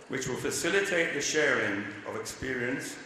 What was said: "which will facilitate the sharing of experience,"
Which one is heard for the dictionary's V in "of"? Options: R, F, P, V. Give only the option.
V